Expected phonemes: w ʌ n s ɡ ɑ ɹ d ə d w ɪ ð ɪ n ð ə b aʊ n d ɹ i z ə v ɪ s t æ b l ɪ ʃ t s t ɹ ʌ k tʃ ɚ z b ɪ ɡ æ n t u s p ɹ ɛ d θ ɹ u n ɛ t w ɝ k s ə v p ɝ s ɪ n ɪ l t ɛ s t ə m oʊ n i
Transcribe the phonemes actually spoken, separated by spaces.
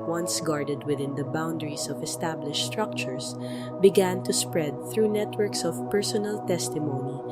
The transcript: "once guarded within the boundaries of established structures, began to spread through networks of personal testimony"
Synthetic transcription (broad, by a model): w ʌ n s ɡ ɑ ɹ d ə d w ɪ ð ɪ n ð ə b aʊ n d ɹ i s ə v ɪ s t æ b l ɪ ʃ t s t ɹ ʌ k tʃ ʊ s b ɪ ɡ æ n t u s p ɹ ɛ d θ ɹ u n ɛ t w ɝ k s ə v p ɝ s ɪ n ɪ l t ɛ s t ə m oʊ n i